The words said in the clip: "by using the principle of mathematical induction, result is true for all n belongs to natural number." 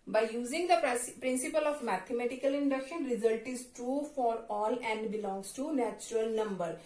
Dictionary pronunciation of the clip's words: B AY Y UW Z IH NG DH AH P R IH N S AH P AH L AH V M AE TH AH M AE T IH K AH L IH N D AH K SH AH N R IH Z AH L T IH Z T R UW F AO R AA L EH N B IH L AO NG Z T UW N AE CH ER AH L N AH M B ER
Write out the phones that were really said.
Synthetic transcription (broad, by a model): B AY Y UW Z IH NG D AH P R IH N S AH P AH L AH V M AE T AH M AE T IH K AH L IH N D AH K SH AH N R IH Z AH L T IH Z T R UW F AO R AA L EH N B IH L AO NG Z T UW N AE CH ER AH L N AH M B ER